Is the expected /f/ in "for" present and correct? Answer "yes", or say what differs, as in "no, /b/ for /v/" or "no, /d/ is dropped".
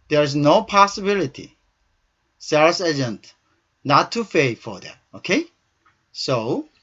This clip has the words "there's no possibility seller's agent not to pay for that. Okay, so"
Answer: yes